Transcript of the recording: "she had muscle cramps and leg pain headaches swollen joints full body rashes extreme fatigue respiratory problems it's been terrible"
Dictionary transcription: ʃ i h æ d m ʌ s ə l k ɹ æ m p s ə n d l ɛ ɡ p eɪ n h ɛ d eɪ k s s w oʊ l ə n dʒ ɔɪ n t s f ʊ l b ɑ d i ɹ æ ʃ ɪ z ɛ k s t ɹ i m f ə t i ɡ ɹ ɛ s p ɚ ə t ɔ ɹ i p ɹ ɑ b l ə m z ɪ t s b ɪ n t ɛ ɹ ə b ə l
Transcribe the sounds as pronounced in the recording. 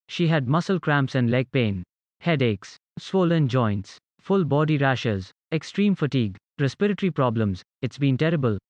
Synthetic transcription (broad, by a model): ʃ i h æ d m ʌ s ə l k ɹ æ m p s ə n d l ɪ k p eɪ n h ɛ d eɪ k s s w oʊ l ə n dʒ ɔɪ n t s f ʊ l b ɑ d i ɹ æ ʃ ɪ z ɛ k s t ɹ i m f ə t i ɡ ɹ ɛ s p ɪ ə t ɹ i p ɹ ɑ b l ə m z ɪ t s b ɪ n t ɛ ɹ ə b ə l